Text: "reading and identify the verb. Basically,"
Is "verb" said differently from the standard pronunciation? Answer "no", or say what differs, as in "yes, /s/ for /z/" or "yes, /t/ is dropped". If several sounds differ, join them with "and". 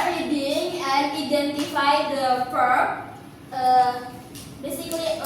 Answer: yes, /p/ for /v/